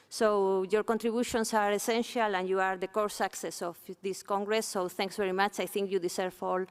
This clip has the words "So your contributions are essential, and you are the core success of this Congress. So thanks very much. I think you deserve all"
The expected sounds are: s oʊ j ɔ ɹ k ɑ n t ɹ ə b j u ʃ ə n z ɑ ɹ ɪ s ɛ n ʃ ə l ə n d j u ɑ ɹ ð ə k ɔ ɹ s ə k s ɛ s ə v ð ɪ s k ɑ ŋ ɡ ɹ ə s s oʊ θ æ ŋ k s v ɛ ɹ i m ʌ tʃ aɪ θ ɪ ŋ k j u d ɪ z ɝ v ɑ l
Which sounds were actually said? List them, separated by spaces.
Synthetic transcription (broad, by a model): s oʊ j ɔ ɹ k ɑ n t ɹ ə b j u ʃ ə n s ɑ ɹ ɪ s ɛ n ʃ ə l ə n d j u ɑ ɹ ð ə k ɔ ɹ s ə k s ɛ s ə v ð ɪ s k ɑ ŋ ɡ ɹ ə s s oʊ θ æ ŋ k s v ɛ ɹ i m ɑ tʃ aɪ θ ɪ ŋ k j u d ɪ s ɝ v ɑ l